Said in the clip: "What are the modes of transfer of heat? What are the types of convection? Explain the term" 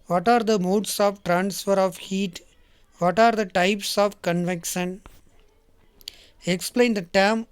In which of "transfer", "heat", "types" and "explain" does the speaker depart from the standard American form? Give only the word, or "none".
none